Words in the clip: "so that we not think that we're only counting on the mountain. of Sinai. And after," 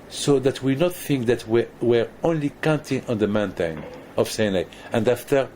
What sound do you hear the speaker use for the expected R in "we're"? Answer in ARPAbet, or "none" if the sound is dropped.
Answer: R